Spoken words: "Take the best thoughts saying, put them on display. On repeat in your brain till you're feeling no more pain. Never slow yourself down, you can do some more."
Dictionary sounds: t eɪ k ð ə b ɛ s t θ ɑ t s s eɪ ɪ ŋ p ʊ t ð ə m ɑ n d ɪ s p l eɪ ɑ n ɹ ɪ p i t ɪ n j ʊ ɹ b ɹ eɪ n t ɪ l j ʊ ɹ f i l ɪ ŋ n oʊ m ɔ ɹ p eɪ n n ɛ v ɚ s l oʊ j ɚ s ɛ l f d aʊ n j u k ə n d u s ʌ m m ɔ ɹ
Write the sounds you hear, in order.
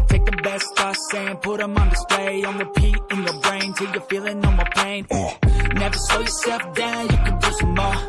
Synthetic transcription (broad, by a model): t eɪ k ð ə b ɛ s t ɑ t s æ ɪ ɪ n p ʊ t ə m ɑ n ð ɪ s p l eɪ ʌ n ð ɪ p i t ɪ n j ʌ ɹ b ɹ eɪ n t ɪ l j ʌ ɹ f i l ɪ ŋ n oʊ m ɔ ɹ p eɪ n n ɛ v ɚ s oʊ j ɚ s ɛ l f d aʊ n j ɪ k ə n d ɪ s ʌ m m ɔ